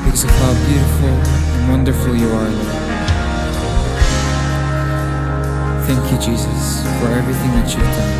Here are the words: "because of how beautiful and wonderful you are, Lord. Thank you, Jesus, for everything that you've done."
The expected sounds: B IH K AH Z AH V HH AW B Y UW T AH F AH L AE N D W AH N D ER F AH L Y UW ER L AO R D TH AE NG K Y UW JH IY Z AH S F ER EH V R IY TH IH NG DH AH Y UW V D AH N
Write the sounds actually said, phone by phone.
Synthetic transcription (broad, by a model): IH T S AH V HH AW B Y UW T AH F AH L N W AH N D ER F L Y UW ER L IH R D TH AE NG K Y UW JH IY Z AH S F ER EH V R IY TH IH NG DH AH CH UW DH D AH